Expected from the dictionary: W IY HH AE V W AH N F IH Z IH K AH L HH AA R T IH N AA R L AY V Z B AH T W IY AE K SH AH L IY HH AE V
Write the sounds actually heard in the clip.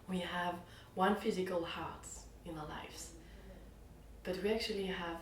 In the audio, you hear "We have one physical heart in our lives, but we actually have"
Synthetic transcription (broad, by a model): W IY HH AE V W AH N F IH Z IH K AH L HH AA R T IH N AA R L AY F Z B AH T W IY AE K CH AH L IY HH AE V